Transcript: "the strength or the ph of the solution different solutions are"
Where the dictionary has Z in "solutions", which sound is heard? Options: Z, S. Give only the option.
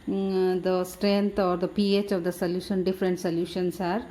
S